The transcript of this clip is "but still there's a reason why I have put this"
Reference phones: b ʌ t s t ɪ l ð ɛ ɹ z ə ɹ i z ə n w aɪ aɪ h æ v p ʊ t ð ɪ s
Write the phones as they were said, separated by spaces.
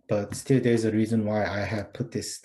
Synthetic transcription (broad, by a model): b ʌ t s t ɪ l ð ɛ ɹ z ə ɹ i z ə n w aɪ aɪ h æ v p ʊ t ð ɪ s